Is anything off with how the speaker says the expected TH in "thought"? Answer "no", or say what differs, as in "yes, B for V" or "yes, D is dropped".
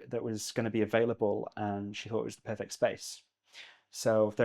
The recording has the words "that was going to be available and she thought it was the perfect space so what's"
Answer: no